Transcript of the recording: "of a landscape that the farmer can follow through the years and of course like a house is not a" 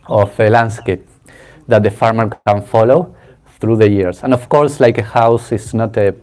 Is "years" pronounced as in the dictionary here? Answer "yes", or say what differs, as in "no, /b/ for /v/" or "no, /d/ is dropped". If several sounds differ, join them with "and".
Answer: no, /s/ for /z/